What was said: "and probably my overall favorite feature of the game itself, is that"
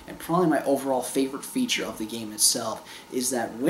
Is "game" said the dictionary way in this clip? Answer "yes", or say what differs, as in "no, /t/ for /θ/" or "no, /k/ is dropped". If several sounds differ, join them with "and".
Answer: yes